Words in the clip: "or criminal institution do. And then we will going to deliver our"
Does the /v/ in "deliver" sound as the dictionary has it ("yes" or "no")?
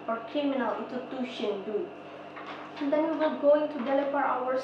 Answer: no